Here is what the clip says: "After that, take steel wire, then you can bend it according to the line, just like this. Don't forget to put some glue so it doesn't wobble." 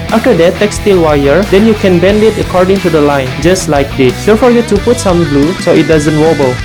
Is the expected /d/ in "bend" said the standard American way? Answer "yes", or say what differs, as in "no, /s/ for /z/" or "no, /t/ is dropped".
yes